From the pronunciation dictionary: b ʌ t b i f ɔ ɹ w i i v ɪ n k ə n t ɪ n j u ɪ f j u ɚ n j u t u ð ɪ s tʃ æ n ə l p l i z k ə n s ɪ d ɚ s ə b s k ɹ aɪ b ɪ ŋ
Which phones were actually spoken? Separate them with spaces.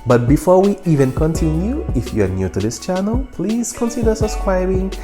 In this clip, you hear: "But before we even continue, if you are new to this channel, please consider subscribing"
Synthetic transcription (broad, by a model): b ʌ t b i f ɔ ɹ w i i v ɪ n k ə n t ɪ n j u ɪ f j u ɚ n j u t u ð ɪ s tʃ æ n ə l p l i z k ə n s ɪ d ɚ s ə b s k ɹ aɪ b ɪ ŋ